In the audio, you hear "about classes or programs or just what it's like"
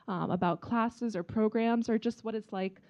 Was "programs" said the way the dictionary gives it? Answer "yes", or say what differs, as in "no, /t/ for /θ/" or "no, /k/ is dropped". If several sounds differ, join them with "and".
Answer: yes